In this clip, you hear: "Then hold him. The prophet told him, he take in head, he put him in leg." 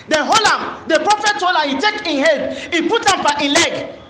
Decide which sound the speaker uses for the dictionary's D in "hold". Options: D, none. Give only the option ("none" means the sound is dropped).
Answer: none